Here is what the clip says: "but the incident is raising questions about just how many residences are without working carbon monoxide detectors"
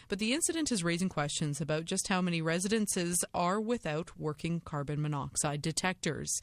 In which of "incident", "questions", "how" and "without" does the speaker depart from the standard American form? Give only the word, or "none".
none